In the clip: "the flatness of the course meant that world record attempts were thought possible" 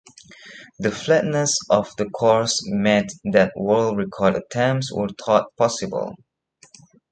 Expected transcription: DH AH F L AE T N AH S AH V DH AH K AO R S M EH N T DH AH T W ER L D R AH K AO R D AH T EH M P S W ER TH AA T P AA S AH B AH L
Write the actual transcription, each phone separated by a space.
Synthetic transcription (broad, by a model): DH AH F L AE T N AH S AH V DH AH K AO R S M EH T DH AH T W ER L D R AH K AO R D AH T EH M S W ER T AA T P AA S AH B AH L